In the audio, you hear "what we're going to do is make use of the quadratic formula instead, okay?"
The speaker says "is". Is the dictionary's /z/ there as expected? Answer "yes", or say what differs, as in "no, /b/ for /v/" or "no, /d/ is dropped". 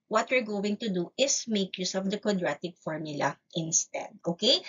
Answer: no, /s/ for /z/